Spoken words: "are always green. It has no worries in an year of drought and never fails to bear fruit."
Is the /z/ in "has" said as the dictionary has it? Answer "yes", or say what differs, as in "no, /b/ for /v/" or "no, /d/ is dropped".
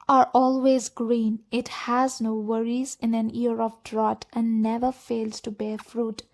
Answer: yes